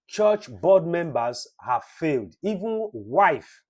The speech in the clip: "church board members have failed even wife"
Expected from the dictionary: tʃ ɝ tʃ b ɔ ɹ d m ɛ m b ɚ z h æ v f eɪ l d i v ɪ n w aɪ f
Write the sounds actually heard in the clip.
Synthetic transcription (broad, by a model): tʃ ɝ tʃ b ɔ d m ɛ m b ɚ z h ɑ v f eɪ l d i v ɪ n w aɪ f